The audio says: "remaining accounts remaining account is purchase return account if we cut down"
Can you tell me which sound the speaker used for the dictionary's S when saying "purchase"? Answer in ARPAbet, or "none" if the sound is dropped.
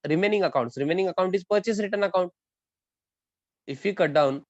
S